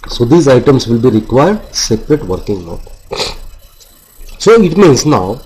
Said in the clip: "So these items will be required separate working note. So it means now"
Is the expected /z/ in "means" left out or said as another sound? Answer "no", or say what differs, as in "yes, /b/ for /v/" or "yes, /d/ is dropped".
yes, /s/ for /z/